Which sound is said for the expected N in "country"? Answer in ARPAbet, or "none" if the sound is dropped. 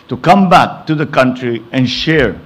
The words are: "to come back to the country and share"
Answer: N